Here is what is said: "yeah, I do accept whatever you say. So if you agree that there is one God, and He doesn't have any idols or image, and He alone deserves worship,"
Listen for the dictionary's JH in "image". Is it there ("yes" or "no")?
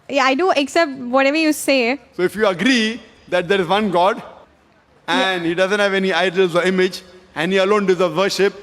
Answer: yes